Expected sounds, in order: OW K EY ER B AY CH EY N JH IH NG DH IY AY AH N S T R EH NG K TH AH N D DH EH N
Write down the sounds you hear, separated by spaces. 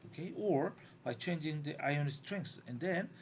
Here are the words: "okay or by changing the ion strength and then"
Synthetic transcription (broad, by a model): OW K EY ER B AY CH EY N JH IH NG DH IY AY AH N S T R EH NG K S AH N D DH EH N